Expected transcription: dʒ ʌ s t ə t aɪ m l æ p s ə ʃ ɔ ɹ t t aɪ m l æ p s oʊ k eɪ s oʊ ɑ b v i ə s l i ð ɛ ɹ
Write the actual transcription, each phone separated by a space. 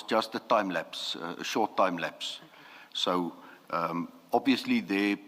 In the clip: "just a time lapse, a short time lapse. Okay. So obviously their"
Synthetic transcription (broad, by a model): dʒ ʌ s t ə t aɪ m l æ p s ə ʃ ɔ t t aɪ m l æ p s oʊ ʌ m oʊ ɑ b v i ə s l i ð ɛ